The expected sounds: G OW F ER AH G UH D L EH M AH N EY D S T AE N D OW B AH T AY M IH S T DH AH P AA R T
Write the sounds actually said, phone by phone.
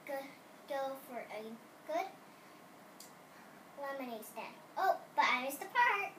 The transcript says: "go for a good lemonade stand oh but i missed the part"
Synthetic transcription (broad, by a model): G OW F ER AH G UH D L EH M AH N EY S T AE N OW B AH T AY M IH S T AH P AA R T